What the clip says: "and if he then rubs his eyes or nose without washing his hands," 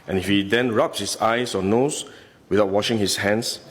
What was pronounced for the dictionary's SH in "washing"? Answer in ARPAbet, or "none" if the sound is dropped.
SH